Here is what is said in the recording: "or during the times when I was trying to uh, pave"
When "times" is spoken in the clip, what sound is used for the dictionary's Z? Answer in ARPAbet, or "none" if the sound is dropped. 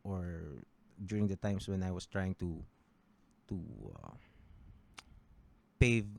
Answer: S